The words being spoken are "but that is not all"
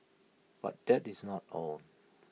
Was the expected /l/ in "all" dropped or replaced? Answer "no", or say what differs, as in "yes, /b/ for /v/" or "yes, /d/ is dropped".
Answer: yes, /n/ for /l/